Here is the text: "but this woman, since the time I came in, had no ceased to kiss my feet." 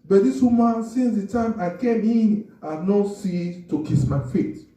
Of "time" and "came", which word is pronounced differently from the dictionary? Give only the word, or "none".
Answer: none